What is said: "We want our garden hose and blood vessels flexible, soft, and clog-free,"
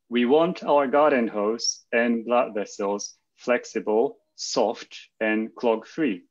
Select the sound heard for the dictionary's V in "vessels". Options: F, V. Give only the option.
V